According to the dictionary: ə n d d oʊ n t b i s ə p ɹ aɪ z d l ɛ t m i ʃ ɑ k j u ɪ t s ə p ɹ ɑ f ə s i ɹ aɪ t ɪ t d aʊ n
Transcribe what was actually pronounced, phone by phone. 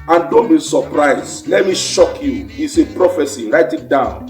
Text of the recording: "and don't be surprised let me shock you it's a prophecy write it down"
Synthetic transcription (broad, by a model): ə n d d oʊ n t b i s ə p ɹ aɪ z l ɛ t m i ʃ ɑ k j u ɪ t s ə p ɹ ɑ f ə s i ɹ aɪ t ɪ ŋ d aʊ n